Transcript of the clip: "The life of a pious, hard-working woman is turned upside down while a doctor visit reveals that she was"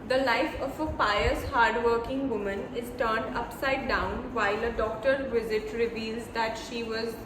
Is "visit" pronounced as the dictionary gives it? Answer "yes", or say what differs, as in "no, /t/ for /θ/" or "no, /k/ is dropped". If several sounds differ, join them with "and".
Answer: yes